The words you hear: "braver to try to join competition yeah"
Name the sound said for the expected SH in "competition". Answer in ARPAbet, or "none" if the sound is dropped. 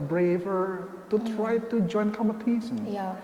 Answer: S